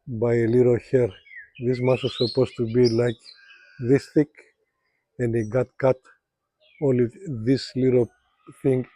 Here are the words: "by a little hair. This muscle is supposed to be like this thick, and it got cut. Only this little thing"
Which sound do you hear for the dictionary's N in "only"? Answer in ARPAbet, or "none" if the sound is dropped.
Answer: none